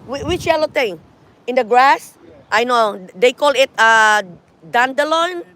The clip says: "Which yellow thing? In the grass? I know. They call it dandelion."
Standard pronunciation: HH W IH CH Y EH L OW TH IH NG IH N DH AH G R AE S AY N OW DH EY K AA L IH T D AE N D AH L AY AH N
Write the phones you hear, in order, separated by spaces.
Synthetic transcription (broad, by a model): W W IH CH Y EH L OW T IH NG IH N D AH G R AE S AY N OW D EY K AA L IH T D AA N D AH L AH N